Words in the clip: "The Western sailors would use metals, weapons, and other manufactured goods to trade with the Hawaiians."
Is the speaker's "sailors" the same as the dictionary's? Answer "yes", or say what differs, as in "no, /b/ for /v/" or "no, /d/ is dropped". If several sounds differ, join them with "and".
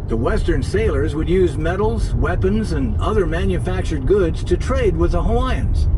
yes